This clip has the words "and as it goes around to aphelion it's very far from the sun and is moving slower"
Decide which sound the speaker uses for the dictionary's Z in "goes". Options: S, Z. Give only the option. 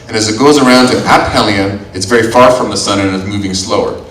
Z